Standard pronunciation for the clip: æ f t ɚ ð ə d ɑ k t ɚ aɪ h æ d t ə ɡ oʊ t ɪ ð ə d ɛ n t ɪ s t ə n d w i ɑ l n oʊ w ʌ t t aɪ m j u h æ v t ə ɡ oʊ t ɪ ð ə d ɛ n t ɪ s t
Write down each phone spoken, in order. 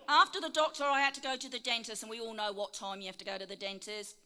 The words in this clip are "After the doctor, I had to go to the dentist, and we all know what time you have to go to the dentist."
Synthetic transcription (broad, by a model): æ f t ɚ ð ə d ɑ k t ɚ aɪ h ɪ d t ə ɡ oʊ t ɪ ð ə d ɛ n t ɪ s ə n w i ɑ l n oʊ w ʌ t t aɪ m j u h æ f t ə ɡ oʊ t ɪ ð ə d ɛ n t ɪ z